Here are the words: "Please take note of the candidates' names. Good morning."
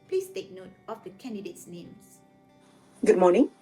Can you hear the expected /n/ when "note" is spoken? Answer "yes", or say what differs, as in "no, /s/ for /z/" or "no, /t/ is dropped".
yes